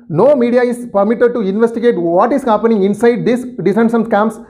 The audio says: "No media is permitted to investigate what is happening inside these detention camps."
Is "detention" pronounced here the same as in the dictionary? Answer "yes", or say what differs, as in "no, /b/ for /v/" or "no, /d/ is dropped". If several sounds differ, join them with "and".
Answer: no, /s/ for /t/